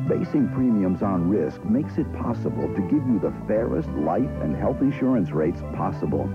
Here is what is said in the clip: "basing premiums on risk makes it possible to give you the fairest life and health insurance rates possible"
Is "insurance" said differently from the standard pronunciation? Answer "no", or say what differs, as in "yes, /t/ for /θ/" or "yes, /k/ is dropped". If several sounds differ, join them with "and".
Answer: no